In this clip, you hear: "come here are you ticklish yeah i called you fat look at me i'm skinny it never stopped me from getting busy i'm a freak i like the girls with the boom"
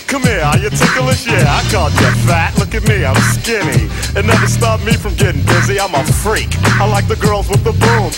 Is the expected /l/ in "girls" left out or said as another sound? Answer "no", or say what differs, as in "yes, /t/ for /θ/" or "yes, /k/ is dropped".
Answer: no